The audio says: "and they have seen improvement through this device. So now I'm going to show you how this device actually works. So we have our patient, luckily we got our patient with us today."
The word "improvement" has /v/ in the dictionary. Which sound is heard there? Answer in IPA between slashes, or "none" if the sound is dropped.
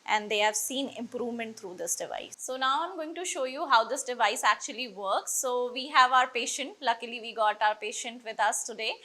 /v/